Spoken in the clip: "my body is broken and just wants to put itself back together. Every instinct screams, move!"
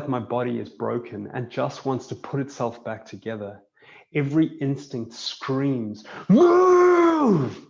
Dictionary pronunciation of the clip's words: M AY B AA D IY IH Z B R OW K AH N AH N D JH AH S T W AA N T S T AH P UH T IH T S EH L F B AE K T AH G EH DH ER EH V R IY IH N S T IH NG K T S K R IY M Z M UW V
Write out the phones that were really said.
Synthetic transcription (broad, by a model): M AY B AA D IY IH Z B R OW K AH N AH N JH AH S T W AA N T S T AH P UH T IH T S EH L F B AE K T AH G EH DH ER EH V R IY IH N S T IH NG K T S K R IY M Z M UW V